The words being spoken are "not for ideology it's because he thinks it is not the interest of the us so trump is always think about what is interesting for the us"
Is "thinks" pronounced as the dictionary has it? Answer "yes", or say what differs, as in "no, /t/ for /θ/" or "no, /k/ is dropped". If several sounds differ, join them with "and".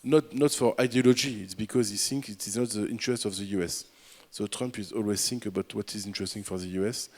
no, /s/ is dropped